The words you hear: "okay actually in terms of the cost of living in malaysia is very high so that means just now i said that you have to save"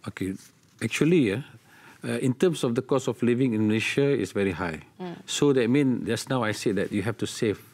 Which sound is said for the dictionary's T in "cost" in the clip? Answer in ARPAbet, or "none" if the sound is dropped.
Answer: none